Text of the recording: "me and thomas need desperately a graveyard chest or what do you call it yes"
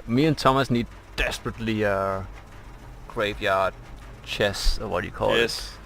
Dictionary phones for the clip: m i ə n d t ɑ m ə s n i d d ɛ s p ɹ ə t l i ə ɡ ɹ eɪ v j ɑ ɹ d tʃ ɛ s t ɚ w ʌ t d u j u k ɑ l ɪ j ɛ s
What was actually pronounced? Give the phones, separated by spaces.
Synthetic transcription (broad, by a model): m i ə n t ɑ m ə s n i d d ɛ s p ɹ ə t l i ə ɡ ɹ eɪ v j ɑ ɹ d tʃ ɛ s ɚ w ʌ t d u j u k ɑ l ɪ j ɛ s